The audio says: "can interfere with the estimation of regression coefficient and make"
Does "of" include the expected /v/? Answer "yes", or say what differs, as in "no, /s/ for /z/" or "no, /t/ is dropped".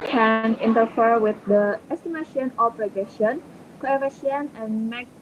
no, /p/ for /v/